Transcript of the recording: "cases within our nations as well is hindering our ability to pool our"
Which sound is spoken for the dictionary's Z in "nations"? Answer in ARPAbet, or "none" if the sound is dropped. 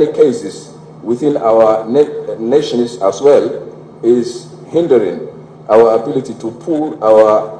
S